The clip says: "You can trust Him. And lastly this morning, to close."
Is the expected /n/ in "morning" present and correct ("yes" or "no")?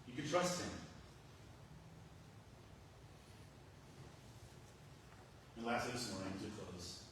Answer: no